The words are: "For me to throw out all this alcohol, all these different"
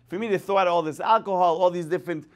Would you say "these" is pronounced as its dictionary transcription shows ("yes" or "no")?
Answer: no